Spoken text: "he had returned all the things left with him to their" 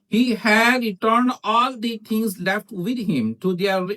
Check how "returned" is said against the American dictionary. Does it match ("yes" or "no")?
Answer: yes